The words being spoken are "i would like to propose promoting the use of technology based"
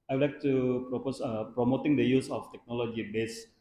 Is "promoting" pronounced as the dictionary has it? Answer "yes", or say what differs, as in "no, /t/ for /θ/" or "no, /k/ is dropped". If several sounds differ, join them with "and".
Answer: yes